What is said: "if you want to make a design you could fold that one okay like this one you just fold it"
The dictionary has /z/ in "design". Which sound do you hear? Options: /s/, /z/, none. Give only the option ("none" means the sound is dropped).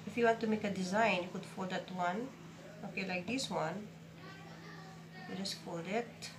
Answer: /z/